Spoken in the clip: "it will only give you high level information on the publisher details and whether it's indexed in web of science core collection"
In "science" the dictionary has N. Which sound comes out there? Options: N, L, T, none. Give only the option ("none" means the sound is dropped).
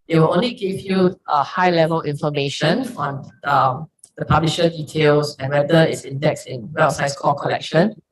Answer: none